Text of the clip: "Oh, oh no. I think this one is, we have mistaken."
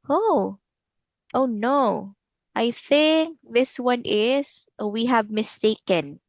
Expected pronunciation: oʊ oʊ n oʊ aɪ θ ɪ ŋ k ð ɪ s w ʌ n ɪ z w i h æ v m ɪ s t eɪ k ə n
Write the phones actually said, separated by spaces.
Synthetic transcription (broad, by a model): oʊ oʊ n oʊ aɪ θ ɪ ŋ k ð ɪ s w ʌ n ɪ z w i h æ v m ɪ s t eɪ k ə n